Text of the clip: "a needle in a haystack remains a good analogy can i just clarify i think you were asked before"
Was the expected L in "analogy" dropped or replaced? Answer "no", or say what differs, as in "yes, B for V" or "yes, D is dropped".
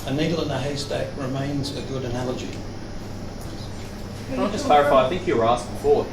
no